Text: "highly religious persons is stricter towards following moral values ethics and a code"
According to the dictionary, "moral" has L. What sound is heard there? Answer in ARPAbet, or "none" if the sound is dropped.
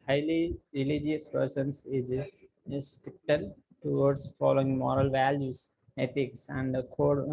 L